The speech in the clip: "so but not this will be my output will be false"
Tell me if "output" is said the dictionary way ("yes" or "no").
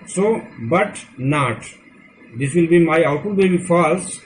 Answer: no